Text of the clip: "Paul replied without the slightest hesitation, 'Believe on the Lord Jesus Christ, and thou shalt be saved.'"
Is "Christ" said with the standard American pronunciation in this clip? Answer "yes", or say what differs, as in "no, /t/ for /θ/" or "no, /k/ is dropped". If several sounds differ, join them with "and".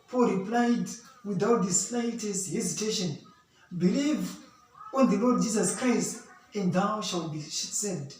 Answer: yes